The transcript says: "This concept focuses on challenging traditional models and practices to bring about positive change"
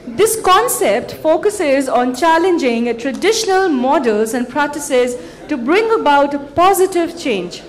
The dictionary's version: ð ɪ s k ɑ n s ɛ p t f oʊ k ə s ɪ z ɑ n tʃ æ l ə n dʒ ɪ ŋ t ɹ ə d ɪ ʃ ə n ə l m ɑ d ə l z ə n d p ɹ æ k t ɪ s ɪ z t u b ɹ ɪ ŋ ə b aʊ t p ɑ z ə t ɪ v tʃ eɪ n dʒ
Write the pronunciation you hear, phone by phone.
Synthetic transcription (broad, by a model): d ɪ s k ɑ n s ɛ p t f oʊ k ə s ɪ z ɑ n tʃ æ l ə n dʒ ɪ ŋ t ɹ ə d ɪ ʃ ə n ə l m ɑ d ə l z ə n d p ɹ æ k t ɪ s ɪ z t u b ɹ ɪ ŋ ə b aʊ t p ɑ z ə t ɪ v tʃ eɪ n dʒ